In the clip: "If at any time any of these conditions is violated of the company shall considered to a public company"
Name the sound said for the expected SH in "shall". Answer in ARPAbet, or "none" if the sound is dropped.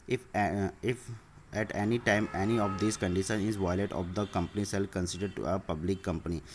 S